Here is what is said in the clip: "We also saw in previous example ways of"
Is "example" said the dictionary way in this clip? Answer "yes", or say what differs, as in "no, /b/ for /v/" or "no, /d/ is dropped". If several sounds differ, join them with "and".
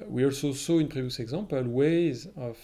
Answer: no, /m/ is dropped